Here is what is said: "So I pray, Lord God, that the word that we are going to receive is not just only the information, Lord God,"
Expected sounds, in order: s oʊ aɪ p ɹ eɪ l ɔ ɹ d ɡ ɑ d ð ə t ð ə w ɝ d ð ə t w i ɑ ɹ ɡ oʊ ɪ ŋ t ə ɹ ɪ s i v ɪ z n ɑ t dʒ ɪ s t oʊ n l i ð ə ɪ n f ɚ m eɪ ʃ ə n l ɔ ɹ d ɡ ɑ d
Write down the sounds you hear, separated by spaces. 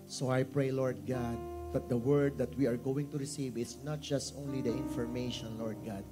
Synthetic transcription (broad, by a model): s oʊ aɪ p ɹ eɪ l ɔ ɹ d ɡ ɑ d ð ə t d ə w ɝ d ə t w i ɑ ɹ ɡ oʊ ɪ ŋ t ə ɹ ɪ s i v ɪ s n ɑ t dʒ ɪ s t oʊ n l i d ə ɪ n f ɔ m eɪ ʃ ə n l ɔ ɹ d ɡ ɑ d